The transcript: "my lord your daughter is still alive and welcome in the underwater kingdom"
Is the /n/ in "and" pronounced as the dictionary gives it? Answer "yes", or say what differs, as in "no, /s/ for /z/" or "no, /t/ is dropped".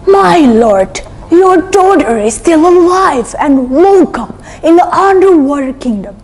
yes